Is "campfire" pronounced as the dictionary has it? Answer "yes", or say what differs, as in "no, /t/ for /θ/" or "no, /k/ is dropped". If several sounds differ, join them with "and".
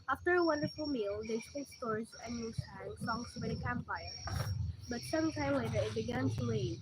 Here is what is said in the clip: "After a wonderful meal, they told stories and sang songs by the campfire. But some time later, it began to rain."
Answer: no, /f/ is dropped